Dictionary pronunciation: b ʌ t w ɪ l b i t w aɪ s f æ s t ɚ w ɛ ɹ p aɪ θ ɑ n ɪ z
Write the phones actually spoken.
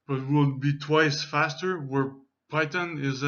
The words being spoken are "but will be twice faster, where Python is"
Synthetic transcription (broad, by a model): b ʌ t w ɪ l b i t w aɪ s f æ s t ɚ w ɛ ɹ p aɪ t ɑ n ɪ z